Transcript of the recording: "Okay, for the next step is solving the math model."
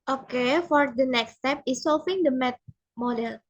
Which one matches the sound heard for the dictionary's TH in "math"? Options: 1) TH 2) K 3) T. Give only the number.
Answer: 3